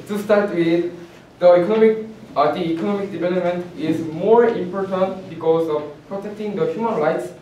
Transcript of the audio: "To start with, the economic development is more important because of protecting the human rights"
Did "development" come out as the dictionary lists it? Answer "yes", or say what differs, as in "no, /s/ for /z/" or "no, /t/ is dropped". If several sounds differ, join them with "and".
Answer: yes